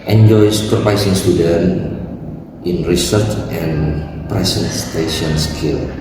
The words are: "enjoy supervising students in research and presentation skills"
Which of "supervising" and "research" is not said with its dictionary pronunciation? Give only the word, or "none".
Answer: supervising